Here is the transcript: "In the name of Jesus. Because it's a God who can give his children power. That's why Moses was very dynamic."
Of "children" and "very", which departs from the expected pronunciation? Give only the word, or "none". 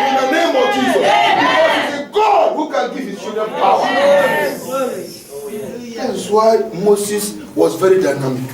children